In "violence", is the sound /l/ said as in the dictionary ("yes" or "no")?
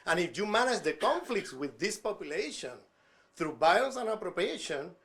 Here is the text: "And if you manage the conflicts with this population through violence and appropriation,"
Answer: no